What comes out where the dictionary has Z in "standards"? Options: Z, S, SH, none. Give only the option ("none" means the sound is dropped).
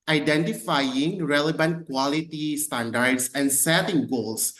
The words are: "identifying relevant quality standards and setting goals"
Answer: S